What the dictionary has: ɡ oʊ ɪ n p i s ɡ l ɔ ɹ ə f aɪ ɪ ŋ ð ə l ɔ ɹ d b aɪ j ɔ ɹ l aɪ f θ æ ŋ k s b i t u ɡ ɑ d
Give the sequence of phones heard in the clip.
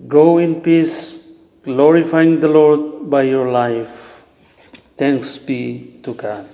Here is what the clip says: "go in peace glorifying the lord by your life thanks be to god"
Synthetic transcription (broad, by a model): ɡ oʊ ɪ n p i s ɡ l ɔ ɹ ə f aɪ ɪ ŋ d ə l ɔ ɹ d b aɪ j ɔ ɹ l aɪ f t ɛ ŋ k s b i t u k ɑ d